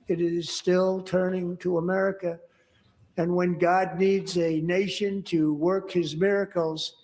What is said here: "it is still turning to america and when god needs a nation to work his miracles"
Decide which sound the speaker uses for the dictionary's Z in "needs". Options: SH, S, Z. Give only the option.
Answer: Z